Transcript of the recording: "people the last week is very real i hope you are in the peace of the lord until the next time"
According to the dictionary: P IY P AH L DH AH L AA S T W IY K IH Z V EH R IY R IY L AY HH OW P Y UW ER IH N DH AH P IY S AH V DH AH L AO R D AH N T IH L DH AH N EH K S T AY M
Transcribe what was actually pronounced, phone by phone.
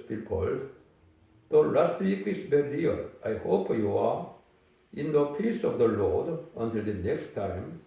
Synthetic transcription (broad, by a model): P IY P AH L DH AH L AA S T W IY K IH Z B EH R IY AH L AY HH OW P Y UW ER IH N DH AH P IY S AH V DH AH L AO R D AH N T IH L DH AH N EH K S T AY M